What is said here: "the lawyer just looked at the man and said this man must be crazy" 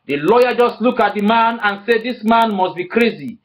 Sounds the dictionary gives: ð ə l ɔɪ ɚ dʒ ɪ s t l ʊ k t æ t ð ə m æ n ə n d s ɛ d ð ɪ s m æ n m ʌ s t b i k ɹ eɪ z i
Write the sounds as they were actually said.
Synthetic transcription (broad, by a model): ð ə l ɔɪ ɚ dʒ ɪ s t l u k ɑ t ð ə m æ n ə n s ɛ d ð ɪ s m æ n m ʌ s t b i k ɹ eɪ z i